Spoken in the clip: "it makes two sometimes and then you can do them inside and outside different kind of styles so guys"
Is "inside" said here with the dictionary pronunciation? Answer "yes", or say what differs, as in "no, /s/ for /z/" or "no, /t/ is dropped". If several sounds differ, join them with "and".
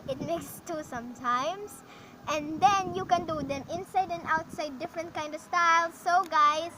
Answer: yes